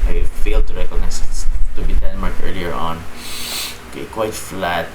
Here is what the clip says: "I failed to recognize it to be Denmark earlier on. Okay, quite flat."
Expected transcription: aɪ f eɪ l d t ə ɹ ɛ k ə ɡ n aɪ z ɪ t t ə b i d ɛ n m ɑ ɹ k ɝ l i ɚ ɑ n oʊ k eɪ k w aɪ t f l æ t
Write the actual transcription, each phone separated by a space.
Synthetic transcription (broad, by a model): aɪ f eɪ l d t ə ɹ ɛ k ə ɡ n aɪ s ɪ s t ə b i d ɛ n m ɑ ɹ k ɝ l i ɚ ɑ n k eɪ k w aɪ t f l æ t